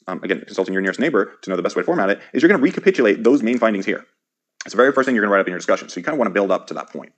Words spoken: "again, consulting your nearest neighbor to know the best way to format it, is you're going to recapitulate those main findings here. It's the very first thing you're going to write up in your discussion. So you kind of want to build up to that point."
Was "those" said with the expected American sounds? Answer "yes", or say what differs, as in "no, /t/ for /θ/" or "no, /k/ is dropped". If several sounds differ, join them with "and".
yes